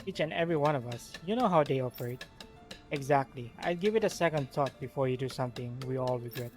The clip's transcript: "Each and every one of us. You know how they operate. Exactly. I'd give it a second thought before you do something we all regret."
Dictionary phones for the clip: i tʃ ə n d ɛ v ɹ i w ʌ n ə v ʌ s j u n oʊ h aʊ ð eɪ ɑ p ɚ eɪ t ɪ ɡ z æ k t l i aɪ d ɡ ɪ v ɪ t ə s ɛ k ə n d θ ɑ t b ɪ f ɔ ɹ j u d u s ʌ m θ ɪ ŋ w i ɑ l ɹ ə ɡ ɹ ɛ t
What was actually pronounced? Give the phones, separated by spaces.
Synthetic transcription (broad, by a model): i tʃ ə n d ɛ v ɹ i w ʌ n ə v ʌ s j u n oʊ h aʊ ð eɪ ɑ f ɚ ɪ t ɪ ɡ z æ k t l i aɪ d ɡ ɪ v ɪ t ə s ɛ k ə n d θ ɑ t b ɪ f ɔ ɹ j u d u s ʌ m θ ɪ ŋ w i ɑ l ɹ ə ɡ ɹ ɛ t